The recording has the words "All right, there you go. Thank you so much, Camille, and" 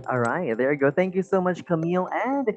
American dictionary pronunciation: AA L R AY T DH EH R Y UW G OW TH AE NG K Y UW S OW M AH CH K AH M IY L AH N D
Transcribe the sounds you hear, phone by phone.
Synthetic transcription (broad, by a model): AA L R AY T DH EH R G OW TH AE NG K Y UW S OW M AH CH K AH M IY L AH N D